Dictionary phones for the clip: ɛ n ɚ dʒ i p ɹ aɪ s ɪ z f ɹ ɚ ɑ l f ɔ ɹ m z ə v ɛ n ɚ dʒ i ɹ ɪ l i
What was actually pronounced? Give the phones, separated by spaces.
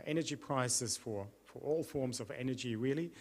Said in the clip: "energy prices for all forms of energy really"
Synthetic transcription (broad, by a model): ɛ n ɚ dʒ i p ɹ aɪ s ɪ z f ɹ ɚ ɑ l f ɔ ɹ m z ə v ɛ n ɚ dʒ i ɹ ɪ l i